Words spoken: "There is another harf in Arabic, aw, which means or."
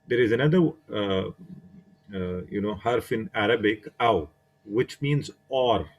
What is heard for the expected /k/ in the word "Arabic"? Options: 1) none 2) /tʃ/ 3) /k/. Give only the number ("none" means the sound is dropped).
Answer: 3